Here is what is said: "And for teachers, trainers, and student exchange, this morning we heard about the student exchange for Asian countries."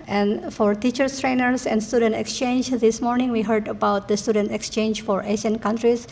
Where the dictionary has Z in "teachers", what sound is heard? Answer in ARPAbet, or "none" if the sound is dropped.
S